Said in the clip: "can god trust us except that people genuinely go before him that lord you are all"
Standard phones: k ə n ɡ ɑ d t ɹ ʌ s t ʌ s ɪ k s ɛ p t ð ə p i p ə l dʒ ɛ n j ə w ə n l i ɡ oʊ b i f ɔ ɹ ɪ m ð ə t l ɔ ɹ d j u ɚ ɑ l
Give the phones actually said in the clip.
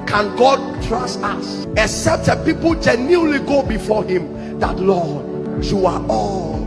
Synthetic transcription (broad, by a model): k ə n ɡ ɑ d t ɹ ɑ s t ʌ s ɪ k s ɛ p t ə p i p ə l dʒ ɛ n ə l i ɡ oʊ b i f ɔ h ɪ m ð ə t l ɔ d j u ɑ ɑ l